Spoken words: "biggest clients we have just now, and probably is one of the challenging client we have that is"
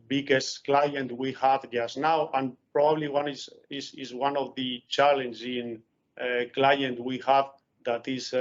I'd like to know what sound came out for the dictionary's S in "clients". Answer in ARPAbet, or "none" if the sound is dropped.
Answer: none